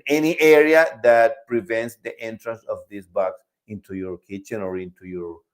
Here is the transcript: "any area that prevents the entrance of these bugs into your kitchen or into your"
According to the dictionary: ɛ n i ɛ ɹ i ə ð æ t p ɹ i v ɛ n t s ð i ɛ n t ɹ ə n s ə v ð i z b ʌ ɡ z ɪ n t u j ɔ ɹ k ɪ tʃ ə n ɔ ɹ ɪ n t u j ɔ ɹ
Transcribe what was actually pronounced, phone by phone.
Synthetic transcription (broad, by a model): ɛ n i ɛ ɹ i ə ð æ t p ɹ i v ɛ n t s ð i ɛ n t ɹ ə n s ə v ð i s b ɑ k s ɪ n t u j ɔ ɹ k ɪ tʃ ə n ɔ ɹ ɪ n t u j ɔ ɹ